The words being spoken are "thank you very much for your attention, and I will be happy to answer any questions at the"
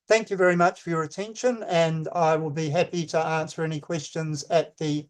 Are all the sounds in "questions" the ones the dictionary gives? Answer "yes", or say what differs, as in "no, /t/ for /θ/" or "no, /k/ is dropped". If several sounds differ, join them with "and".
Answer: yes